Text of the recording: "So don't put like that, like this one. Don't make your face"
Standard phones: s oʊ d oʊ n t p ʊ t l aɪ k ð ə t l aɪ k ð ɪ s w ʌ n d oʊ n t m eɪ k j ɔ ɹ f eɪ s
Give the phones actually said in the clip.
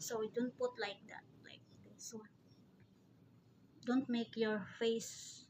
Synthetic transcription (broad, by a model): s oʊ d oʊ n t p ʊ t l aɪ k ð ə t l aɪ k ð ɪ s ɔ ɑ d oʊ n t m eɪ k j ɔ ɹ f eɪ s